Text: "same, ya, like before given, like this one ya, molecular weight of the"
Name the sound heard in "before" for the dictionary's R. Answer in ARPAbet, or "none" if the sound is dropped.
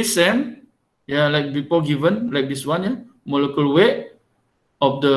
L